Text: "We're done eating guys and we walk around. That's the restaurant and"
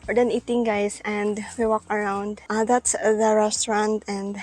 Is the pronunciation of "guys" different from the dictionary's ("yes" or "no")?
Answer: yes